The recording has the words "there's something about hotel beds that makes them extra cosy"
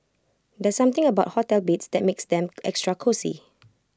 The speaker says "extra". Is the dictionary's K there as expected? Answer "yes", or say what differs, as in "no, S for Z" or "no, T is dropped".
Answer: yes